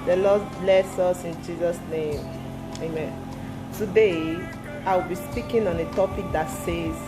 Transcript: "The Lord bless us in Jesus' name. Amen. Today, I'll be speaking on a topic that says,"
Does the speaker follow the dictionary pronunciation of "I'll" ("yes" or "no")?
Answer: no